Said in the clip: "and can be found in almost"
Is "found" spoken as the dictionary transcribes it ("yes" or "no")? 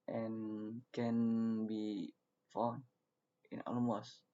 no